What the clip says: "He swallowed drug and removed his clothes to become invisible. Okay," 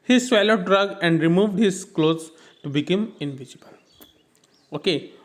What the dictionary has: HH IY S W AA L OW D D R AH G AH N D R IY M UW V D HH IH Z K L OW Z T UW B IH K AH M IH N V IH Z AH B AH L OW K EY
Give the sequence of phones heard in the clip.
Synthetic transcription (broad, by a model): HH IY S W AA L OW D D R AH G AH N D R IY M UW V D HH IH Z K L OW Z T UW B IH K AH M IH N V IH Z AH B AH L OW K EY